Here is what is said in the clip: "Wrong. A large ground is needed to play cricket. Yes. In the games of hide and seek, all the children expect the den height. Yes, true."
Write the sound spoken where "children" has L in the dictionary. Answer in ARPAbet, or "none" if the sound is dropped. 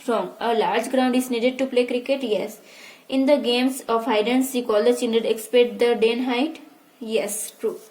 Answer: N